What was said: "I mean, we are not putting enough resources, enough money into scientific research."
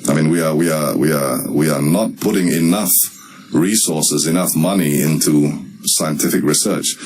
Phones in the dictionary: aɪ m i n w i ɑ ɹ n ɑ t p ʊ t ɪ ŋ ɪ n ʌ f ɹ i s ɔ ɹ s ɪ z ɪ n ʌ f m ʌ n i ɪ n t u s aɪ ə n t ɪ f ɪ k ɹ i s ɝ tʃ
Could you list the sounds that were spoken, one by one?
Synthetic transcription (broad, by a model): aɪ m i n w i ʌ w n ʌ t p ʊ t ɪ ŋ ɪ n ʌ f ɹ i s ɔ ɹ s ɪ z ɪ n ʌ f m ʌ n i ɪ n t u s aɪ ə n t ɪ f ɪ k ɹ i s ɝ tʃ